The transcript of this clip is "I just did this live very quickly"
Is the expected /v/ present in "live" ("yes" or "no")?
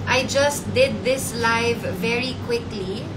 yes